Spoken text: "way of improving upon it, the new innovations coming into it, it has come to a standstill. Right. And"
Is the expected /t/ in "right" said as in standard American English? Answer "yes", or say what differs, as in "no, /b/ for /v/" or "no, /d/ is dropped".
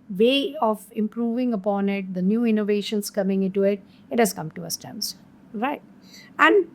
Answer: yes